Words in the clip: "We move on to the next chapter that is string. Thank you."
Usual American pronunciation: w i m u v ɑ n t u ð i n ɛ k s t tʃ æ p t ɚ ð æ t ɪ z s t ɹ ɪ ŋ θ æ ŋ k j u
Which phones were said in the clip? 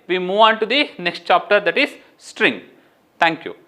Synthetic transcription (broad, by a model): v i m u v ɑ n t u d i n ɛ k s t tʃ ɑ p t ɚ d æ t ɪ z s t ɹ ɪ ŋ t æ ŋ k j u